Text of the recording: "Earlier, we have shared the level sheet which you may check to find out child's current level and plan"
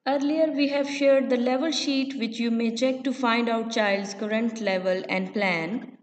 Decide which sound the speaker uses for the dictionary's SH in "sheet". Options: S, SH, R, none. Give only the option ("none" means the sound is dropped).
SH